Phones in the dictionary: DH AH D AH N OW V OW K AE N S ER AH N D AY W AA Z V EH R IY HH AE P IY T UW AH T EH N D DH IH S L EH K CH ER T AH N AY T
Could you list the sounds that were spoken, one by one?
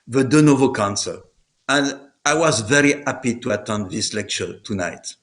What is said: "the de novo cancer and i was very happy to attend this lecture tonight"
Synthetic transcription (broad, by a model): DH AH D AH N OW V OW K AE N S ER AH N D AY W AA Z V EH R IY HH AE P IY T UW AH T EH N D DH IH S L EH K CH ER T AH N AY T